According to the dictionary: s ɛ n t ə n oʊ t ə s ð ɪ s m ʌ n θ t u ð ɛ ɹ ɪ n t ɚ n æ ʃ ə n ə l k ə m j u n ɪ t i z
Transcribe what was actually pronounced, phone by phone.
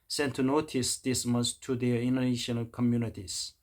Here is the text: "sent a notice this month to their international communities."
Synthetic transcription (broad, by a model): s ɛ n t ə n oʊ t ə s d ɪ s m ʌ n s t u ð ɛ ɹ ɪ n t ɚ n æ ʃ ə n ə l k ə m j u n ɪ t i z